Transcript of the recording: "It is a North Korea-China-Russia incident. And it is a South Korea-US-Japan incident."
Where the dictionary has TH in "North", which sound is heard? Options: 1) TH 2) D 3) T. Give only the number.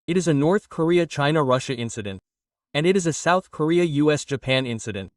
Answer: 1